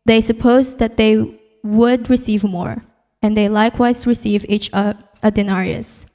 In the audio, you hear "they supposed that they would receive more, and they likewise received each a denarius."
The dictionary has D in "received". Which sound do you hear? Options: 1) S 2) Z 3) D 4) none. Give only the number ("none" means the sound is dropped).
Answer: 4